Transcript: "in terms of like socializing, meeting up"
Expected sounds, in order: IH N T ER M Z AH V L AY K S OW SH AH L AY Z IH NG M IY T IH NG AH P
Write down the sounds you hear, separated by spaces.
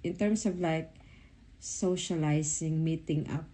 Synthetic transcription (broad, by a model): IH N T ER M S AH V L AY K S OW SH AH L AY S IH NG M IY T IH NG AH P